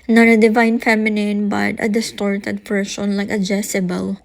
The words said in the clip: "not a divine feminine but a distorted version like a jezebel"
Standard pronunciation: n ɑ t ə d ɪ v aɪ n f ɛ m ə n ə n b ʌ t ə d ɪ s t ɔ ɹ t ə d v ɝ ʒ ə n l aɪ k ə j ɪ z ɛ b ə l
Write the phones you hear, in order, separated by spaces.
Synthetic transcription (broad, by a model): n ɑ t ə d ɪ v aɪ n f ɛ m ə n ə n b ʌ t ə d ɪ s t ɔ ɹ t ə d p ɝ s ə n l aɪ k ə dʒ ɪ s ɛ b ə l